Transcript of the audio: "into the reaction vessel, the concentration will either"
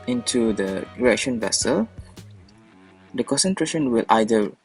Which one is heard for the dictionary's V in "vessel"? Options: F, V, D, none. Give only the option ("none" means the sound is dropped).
V